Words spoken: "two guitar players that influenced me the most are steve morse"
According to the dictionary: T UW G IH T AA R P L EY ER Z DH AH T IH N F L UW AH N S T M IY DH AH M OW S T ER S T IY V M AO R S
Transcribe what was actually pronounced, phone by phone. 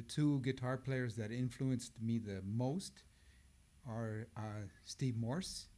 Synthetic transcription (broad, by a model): T UW G IH T AA R P L EY ER Z DH AH T IH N F L UW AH N S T M IY DH AH M OW S T ER S T IY V M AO R S